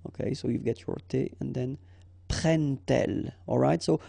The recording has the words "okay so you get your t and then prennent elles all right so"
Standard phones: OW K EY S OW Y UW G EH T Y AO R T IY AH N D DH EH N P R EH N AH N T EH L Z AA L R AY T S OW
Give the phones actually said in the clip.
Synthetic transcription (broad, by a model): OW K EY S OW Y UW G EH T Y AO R T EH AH N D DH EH N P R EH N N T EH L AA L R AY T S OW